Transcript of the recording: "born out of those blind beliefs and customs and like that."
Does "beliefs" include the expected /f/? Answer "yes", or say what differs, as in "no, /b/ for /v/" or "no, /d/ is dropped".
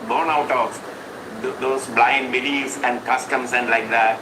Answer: no, /f/ is dropped